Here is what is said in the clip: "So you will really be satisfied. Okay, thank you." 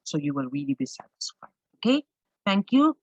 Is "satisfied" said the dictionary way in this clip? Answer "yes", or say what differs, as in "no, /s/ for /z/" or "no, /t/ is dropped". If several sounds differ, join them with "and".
no, /d/ is dropped